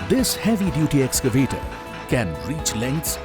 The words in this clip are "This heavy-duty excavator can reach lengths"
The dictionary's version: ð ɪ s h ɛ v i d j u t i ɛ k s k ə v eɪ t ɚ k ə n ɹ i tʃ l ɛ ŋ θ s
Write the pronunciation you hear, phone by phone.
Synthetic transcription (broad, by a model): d ɪ s h ɛ v i d j u t i ɛ k s k ə v eɪ t ɚ k ə n ɹ i tʃ l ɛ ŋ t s